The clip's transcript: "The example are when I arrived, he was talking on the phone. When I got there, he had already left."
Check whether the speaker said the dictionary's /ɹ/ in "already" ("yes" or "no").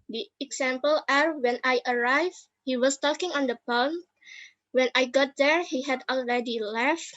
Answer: yes